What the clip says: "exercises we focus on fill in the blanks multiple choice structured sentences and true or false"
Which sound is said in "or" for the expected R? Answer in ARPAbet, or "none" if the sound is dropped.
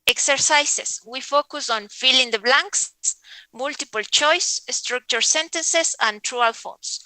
L